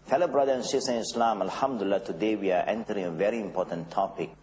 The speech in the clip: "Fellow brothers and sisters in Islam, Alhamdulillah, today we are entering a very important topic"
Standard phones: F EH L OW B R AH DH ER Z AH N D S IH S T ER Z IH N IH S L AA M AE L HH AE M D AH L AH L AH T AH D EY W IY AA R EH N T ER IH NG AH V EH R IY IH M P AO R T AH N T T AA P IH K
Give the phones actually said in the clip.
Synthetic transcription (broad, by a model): F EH L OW B R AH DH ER AH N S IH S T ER IH N IH S L AA M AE L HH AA M D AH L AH L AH T AH D EY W IY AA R EH N T ER IH NG AH V EH R IY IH M P AO T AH N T T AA P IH K